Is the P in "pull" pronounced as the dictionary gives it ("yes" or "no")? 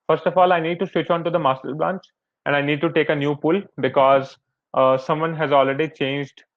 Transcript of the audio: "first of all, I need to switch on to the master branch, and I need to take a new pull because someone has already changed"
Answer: yes